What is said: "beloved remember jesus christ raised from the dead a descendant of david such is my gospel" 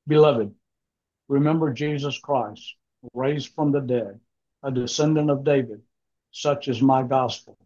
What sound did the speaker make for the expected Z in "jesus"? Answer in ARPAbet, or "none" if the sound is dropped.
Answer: Z